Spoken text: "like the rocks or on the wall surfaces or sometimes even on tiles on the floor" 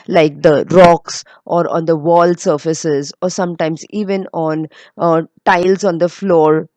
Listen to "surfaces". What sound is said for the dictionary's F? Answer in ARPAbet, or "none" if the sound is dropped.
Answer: F